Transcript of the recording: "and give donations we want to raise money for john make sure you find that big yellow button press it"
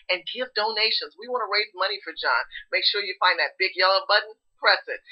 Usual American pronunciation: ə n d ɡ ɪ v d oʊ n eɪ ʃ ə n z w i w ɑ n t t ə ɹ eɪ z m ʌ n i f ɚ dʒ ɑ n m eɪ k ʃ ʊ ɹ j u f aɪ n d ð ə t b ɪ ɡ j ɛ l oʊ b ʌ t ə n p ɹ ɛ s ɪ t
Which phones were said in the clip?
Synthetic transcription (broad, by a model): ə n ɡ ɪ v d oʊ n eɪ ʃ ə n z w i w ɑ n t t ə ɹ eɪ z m ʌ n i f ɚ dʒ ɑ n m eɪ k ʃ ʊ ɹ j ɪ f aɪ n ð ə t b ɪ ɡ j ɛ l oʊ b ʌ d n p ɹ ɛ s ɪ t